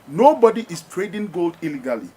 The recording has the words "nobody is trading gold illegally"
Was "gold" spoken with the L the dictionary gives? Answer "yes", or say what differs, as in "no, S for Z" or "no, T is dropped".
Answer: yes